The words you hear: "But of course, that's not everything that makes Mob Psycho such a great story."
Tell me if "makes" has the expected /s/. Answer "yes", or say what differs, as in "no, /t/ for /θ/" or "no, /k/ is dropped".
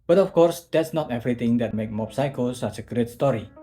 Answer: no, /s/ is dropped